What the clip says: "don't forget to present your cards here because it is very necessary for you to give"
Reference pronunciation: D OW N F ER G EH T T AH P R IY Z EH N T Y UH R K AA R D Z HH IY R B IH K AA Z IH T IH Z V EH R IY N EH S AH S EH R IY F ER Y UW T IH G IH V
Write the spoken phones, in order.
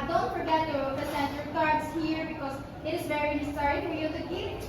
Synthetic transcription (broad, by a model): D OW N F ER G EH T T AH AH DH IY S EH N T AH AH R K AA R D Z HH IY R B IH K AA Z IH T IH Z V EH R IY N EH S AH S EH R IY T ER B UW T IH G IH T